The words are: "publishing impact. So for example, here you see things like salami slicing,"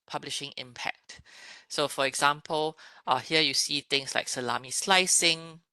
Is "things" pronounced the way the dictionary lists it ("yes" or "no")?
no